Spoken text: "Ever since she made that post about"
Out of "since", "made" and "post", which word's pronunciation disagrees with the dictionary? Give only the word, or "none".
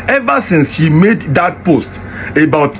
none